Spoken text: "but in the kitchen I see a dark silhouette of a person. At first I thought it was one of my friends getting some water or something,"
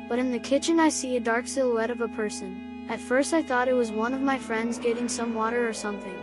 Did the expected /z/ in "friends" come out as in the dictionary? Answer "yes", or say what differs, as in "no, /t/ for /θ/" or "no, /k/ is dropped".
yes